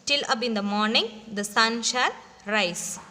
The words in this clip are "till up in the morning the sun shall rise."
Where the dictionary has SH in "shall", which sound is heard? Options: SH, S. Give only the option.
SH